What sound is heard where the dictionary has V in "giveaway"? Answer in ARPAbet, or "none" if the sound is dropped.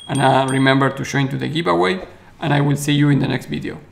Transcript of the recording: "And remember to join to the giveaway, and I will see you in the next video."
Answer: P